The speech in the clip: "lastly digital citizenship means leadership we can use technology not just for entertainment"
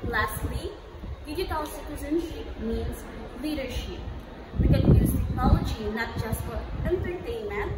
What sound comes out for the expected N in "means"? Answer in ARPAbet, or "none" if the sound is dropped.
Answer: N